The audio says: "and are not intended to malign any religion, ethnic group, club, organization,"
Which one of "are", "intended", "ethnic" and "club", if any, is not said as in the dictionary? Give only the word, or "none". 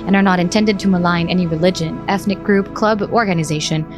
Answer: none